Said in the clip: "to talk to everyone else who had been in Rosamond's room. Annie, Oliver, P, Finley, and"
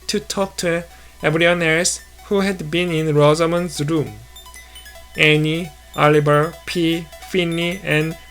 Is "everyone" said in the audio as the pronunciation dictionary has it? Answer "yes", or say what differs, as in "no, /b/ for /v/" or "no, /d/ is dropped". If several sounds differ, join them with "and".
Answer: no, /b/ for /v/